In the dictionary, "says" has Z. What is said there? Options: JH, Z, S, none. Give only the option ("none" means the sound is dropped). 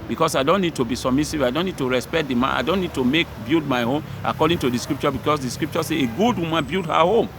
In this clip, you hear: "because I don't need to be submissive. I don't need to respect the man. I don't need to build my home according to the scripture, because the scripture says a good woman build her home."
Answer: none